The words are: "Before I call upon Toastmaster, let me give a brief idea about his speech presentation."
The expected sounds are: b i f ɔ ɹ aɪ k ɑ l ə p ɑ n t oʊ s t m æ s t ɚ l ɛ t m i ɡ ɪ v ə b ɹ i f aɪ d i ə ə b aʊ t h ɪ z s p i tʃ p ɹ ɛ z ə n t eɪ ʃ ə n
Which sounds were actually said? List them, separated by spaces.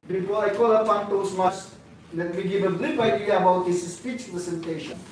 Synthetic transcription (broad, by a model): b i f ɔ aɪ k ɑ l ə f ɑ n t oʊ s m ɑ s l ɛ t m i ɡ ɪ v ə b l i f aɪ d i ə ə b aʊ t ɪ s s p i tʃ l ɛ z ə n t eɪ ʃ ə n